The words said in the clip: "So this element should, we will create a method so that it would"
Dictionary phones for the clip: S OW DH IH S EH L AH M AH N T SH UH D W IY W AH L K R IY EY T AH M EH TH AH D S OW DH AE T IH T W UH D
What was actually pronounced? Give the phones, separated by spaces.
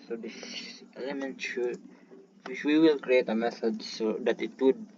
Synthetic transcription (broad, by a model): S OW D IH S EH L AH M AH N T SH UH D W IY W AH L K R IY EY T AH M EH S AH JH S OW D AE T IH T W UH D